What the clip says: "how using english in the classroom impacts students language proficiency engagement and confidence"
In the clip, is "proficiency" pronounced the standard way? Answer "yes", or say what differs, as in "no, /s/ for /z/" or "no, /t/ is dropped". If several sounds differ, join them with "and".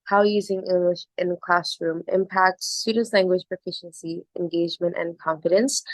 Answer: yes